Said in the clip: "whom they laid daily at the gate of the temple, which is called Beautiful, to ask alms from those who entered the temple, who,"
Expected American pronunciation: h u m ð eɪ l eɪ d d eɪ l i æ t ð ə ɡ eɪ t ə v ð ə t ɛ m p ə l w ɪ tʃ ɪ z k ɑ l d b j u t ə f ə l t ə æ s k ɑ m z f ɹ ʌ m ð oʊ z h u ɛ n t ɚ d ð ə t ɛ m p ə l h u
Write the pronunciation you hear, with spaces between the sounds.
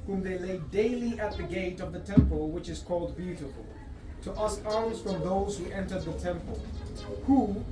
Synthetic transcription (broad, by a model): h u m ð eɪ l eɪ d d eɪ l i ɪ t ð ə ɡ eɪ t ə v ð ə t ɛ m p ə l w ɪ tʃ ɪ z k ɑ l d b j u t ə f ə l t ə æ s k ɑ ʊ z f ɹ ʌ m ð oʊ z h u ɛ n t ɚ d ð ə t ɛ m p ə l h u